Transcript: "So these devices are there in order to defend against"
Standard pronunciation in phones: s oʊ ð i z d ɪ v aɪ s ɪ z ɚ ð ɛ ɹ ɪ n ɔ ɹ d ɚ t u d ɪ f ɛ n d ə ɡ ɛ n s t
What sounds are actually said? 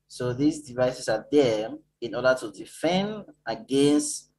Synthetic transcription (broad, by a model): s oʊ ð i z d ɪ v aɪ s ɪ s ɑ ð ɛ ɪ n ɔ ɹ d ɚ t u d ɪ f ɛ n d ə ɡ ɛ n s t